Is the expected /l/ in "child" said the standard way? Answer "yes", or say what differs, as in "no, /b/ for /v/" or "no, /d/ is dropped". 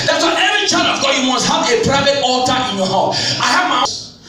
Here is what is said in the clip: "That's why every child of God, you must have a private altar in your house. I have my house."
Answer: no, /l/ is dropped